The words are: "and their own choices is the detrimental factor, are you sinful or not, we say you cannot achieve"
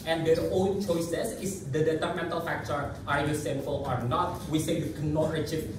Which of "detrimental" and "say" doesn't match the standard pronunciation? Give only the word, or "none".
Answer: detrimental